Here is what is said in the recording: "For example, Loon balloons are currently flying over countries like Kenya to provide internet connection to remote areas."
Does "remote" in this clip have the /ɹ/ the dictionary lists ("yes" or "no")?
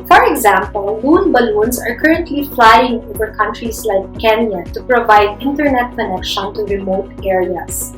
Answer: yes